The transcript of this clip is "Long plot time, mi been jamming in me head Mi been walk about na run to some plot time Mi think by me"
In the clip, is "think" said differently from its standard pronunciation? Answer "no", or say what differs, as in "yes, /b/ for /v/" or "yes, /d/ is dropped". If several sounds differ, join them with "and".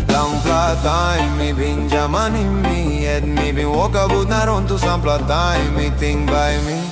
yes, /t/ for /θ/